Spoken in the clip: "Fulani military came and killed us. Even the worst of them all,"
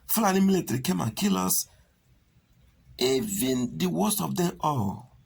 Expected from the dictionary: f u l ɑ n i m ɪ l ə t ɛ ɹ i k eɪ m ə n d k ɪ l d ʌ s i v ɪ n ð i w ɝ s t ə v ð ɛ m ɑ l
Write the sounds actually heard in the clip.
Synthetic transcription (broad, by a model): f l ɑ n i m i l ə t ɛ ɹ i k eɪ m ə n k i l ɔ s i v ɪ n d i w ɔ s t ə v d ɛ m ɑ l